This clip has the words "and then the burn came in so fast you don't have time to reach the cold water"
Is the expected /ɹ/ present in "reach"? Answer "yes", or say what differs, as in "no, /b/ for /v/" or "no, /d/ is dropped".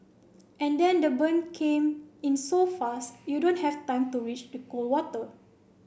no, /w/ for /ɹ/